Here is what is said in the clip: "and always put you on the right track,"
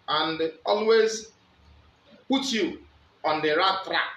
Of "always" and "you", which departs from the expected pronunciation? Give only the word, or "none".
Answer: none